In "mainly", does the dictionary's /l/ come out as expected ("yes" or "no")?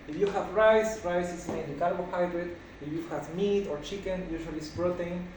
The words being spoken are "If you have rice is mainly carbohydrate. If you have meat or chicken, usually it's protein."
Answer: no